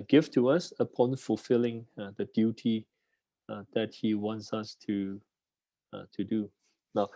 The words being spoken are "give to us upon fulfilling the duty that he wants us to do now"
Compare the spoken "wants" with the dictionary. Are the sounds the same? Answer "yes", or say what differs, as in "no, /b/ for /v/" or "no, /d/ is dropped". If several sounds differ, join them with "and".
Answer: yes